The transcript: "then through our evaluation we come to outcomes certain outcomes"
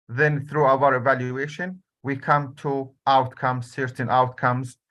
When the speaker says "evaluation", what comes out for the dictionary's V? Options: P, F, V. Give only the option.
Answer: V